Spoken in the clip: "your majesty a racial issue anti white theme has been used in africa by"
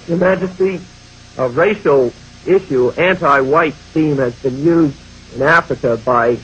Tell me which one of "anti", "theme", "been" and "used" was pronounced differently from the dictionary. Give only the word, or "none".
theme